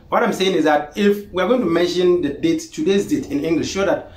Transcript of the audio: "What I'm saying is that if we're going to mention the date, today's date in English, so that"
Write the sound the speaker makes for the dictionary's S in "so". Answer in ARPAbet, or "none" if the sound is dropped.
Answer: SH